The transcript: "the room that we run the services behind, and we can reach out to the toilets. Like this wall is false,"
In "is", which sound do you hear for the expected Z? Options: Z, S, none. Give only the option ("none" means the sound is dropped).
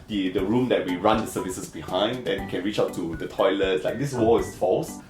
S